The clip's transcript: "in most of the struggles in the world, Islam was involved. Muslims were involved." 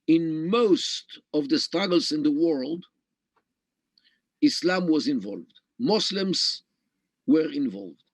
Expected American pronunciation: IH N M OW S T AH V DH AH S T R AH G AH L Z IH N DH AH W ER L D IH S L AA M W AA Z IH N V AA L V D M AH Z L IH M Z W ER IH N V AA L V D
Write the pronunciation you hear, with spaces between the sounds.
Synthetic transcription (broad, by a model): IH N M OW S T AH V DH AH S T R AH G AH L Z IH N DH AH W ER L D IH S L AA M W AA Z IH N V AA L V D M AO S L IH M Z W ER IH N V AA L V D